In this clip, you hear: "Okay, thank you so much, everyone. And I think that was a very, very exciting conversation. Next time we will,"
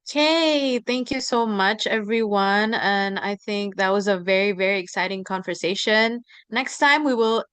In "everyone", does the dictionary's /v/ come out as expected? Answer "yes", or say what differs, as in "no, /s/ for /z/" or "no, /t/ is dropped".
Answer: yes